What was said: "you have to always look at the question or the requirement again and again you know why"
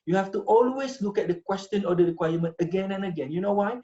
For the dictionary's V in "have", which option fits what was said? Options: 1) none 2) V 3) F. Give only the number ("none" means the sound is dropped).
3